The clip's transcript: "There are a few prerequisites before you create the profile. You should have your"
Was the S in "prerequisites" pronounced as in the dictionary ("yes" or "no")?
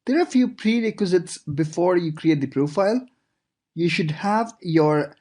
yes